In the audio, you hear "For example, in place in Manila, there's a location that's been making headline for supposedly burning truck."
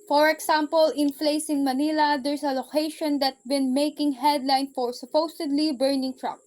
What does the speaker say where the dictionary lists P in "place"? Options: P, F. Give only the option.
F